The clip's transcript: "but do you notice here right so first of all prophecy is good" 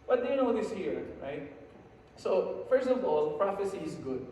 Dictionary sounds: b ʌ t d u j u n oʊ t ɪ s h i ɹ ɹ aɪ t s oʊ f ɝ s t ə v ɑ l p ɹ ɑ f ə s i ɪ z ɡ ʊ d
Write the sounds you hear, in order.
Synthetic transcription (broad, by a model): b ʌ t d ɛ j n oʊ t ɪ s h i ɹ ɹ aɪ t s oʊ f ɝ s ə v ɑ l p ɹ ɑ f ə s i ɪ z ɡ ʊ d